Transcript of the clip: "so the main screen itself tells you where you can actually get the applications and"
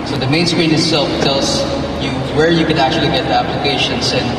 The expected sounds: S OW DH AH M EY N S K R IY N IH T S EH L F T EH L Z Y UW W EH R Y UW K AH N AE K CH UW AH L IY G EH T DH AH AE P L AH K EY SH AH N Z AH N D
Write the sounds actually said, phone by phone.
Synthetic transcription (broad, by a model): S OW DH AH M EY N S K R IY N IH T S EH L F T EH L S Y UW W EH R Y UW K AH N AE K CH UW AH L IY G EH T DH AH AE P L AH K EY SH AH N S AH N